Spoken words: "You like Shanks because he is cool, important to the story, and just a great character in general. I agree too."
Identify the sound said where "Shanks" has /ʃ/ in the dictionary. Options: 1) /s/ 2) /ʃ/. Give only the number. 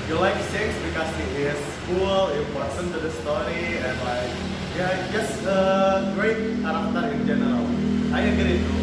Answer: 1